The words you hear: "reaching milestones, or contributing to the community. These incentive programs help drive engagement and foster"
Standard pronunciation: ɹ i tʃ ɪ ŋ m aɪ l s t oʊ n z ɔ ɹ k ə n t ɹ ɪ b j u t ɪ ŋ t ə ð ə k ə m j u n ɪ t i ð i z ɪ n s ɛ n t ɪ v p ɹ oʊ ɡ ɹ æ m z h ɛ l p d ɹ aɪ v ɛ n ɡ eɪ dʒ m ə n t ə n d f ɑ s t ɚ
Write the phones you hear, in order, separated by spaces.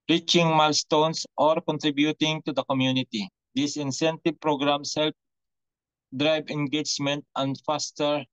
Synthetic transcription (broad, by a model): ɹ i tʃ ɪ ŋ m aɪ l s t oʊ n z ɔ ɹ k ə n t ɹ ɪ b j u t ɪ ŋ t ə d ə k ə m j u n ɪ t i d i s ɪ n s ɛ n t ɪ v p ɹ oʊ ɡ ɹ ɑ m s h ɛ l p d ɹ aɪ b ɛ n ɡ eɪ dʒ m ə n t ə n d f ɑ s t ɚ